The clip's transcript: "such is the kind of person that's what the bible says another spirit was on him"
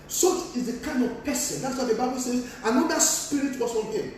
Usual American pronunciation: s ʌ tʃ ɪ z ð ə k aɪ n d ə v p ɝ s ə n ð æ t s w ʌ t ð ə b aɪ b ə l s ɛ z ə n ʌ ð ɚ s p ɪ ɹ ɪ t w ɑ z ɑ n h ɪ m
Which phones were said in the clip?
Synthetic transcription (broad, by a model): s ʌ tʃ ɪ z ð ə k aɪ n d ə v p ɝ s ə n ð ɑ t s w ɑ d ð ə b aɪ b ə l s ɛ z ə n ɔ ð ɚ s p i ɹ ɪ t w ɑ s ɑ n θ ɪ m